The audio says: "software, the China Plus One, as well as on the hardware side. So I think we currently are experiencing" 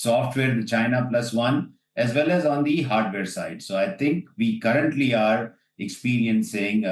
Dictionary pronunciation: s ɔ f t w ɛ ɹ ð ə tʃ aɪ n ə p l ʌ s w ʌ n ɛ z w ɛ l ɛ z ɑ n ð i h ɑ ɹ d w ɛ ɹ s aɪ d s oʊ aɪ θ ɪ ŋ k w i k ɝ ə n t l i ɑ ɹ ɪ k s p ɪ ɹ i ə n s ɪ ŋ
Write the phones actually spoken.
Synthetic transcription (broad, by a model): s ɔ f t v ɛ ɹ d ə tʃ aɪ n ə p l ʌ s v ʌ n ɛ z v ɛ l ɛ z ɑ n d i h ɑ ɹ d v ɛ ɹ s aɪ d s oʊ aɪ t ɪ ŋ k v i k ɝ ə n t l i ɑ ɹ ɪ k s p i ɹ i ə n s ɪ ŋ